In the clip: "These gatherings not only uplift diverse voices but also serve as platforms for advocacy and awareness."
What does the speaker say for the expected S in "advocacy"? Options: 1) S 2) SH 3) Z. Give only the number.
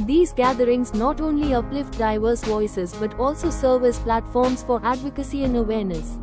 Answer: 1